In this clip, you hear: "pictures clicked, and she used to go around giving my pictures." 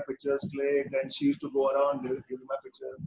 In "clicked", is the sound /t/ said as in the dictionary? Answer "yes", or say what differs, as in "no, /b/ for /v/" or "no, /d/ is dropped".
no, /t/ is dropped